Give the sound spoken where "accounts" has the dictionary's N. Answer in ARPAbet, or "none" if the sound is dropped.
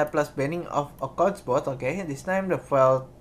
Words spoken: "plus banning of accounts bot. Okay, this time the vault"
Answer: none